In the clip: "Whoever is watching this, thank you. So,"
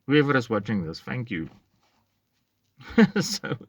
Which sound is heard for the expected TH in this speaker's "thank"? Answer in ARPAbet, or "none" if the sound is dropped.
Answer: F